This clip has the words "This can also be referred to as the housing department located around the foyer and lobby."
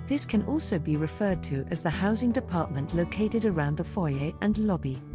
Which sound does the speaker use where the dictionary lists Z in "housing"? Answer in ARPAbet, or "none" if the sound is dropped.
Z